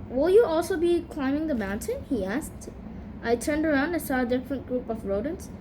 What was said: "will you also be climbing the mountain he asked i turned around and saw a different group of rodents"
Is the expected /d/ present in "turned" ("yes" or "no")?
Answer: yes